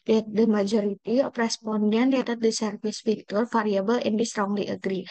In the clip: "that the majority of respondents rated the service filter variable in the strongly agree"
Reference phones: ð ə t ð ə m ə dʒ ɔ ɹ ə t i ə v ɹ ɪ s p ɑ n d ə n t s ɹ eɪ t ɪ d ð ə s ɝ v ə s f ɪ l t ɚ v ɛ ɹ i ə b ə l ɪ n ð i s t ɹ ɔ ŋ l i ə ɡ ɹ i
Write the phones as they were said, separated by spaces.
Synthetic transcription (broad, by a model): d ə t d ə m ə dʒ ɔ ɹ ə t i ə p ɹ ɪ s p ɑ n d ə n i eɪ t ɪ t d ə s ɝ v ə s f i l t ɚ f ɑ ɹ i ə b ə l ɪ n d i s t ɹ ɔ ŋ l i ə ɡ ɹ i